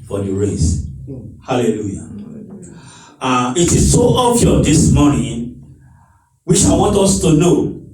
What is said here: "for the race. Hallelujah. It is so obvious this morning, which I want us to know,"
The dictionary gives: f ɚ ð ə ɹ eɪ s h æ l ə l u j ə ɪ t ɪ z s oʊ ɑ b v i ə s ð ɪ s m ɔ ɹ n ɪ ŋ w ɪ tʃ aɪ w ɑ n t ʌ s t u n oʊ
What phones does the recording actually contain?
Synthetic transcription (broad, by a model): f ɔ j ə ɹ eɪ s h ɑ l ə l u j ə ɪ t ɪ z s oʊ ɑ v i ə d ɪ s m ɔ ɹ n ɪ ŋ w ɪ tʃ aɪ w ɑ n t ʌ s t u n oʊ